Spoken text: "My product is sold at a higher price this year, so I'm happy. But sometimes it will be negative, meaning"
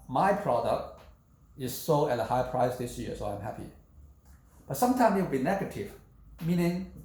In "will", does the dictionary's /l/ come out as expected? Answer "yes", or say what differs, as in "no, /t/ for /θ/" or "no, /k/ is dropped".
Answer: no, /w/ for /l/